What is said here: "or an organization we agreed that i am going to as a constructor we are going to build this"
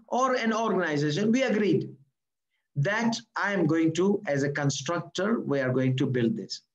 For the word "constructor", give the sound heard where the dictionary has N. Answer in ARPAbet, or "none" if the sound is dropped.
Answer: N